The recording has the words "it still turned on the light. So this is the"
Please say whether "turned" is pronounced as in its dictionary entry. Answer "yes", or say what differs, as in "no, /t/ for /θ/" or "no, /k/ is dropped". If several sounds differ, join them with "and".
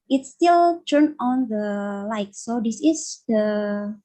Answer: no, /d/ is dropped